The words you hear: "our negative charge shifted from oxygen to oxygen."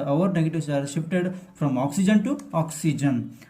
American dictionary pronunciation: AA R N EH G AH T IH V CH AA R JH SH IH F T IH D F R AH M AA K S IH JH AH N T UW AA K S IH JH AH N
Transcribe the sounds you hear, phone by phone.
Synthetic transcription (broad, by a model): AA R N EH G AH T IH V S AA R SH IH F T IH D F R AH M AA K S IH JH AH N T UW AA K S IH JH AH N